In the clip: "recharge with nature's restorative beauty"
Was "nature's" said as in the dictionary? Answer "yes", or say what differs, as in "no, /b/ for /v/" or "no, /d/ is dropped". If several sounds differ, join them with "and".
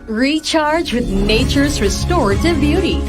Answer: yes